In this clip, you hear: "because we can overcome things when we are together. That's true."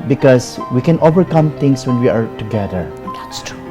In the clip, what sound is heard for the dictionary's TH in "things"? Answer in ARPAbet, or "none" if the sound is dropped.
T